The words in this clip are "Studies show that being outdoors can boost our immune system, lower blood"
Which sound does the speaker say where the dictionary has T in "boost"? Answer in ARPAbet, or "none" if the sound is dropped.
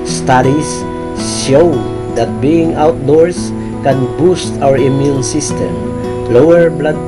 T